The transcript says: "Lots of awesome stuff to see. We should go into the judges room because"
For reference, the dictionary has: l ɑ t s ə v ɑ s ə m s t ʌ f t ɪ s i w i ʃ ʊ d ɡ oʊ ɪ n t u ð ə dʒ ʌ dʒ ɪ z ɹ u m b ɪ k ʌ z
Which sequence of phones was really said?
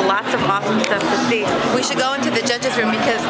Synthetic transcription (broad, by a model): l ɑ t s ə v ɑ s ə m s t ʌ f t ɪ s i w i ʃ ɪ d ɡ oʊ ɪ n t u ð ə dʒ ʌ dʒ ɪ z ɹ u m b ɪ k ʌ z